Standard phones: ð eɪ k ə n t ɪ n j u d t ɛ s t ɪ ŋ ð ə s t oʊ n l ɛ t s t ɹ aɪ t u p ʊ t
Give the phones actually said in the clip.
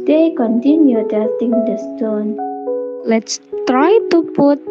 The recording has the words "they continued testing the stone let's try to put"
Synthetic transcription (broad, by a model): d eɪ k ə n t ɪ n j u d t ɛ t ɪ ŋ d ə s t oʊ n l ɛ t s t ɹ aɪ t u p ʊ t